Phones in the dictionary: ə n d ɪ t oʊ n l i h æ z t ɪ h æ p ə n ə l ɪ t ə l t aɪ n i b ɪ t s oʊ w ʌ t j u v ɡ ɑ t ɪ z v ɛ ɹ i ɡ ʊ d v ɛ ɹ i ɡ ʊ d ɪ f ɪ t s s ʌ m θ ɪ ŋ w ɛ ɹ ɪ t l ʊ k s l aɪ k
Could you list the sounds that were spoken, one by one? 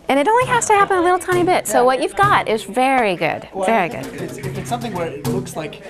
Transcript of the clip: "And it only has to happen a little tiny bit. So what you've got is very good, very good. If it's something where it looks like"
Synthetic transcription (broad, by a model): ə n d ɪ t oʊ n l i h æ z t ɪ h æ p ə n ə l ɪ t l t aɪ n i b ɪ t s oʊ w ʌ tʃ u v ɡ ɑ t ɪ z v ɛ ɹ i ɡ ʊ d v ɛ ɹ i ɡ ʊ d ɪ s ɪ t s s ʌ m θ ɪ ŋ w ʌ ɹ ɪ t l ʊ k s l aɪ k